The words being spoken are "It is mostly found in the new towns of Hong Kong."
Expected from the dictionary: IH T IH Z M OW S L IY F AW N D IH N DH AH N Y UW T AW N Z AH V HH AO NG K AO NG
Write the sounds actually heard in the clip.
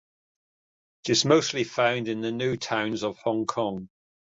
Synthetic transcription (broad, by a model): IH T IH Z M OW S L IY F AW N D IH N DH AH N Y UW T AW N Z AH V HH AO NG K AO NG